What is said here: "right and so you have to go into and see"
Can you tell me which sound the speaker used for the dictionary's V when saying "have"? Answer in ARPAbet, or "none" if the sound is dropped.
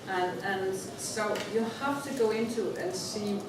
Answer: F